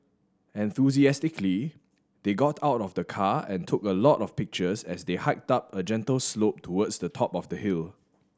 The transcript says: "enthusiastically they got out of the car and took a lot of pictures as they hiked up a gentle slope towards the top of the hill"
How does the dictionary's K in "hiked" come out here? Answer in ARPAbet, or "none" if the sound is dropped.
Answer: K